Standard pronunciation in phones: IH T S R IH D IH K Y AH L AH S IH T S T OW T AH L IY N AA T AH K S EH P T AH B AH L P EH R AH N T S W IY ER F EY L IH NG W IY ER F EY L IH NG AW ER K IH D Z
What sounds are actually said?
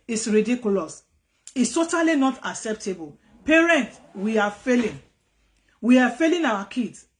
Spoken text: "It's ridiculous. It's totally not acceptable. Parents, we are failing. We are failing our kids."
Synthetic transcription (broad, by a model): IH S R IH D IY K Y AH L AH S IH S T OW T AH L IY N AA T AH K S EH P T AH B AH L P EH R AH N T W IY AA F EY L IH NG W IY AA F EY L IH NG AW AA K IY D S